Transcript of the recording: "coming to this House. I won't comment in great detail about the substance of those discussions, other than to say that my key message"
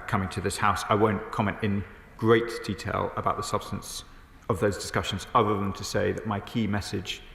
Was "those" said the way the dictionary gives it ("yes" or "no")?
yes